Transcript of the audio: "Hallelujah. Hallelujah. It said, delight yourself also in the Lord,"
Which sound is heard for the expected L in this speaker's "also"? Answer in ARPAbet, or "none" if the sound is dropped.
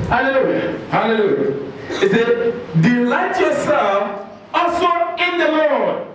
none